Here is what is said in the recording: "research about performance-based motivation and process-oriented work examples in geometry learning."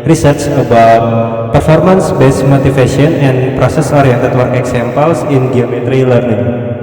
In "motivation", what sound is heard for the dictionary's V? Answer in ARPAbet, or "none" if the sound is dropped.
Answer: F